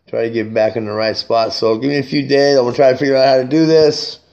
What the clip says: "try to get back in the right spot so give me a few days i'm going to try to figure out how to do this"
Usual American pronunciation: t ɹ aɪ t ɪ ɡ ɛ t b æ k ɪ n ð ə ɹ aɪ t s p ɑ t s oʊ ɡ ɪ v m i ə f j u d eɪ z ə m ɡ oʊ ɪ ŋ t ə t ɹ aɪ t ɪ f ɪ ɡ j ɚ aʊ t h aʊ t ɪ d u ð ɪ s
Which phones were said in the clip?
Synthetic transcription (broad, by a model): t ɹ aɪ t ɪ ɡ ɛ t b æ k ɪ n ð ə ɹ aɪ t s p ɑ t s oʊ ɡ ɪ v m i ə f j u d eɪ ə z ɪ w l t ɹ aɪ t ɪ f ɪ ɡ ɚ aʊ t h aʊ t ɪ d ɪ ð ɪ s